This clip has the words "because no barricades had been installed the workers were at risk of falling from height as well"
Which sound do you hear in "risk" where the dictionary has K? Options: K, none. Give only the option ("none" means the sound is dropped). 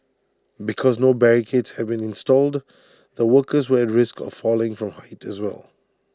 K